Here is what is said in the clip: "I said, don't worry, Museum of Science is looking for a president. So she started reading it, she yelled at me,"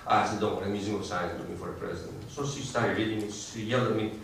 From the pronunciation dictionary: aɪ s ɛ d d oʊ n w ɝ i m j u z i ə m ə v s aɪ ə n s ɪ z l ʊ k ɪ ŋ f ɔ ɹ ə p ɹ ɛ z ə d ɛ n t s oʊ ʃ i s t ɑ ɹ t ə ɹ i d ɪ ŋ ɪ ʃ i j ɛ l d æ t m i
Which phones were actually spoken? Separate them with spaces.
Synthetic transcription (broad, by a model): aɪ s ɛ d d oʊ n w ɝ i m j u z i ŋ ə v s aɪ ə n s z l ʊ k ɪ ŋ f ɔ ɹ ə p ɹ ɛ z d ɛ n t s oʊ s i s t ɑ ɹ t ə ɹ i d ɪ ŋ ɪ s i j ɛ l ʌ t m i